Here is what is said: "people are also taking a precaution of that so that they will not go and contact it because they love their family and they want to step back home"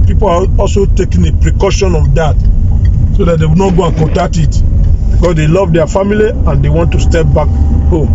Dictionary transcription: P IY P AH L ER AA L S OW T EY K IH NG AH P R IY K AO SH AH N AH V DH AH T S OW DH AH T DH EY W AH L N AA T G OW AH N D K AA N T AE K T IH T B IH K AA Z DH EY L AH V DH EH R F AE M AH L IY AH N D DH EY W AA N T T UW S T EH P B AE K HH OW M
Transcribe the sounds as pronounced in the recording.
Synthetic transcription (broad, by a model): P IY P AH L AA AA L S OW T EY K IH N AH P R IY K AO SH AH N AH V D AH T S OW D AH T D EY W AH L N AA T G OW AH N K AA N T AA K T IH T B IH K AA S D EY L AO V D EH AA F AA M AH L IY AH N D EY W AA N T T UW S T EH P B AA K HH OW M